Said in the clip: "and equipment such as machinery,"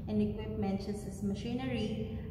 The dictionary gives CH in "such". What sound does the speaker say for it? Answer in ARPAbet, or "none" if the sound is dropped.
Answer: S